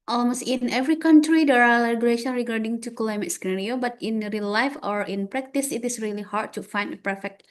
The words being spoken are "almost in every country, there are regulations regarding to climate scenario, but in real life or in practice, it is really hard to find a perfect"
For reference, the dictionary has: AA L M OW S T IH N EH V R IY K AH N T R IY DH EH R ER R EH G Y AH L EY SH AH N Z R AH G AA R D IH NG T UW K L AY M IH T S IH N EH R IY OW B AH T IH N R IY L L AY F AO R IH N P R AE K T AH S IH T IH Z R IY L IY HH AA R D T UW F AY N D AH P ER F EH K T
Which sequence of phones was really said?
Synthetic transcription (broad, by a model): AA L M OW S T IH N EH V R IY K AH N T R IY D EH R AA L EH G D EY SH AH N R AH G AA R D IH NG T UW K L AY M IH T S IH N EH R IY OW B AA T IH N R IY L L AY F AO R IH N P R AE K T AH S IH T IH S R IY L IY HH AA R D T UW F AY N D AH P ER F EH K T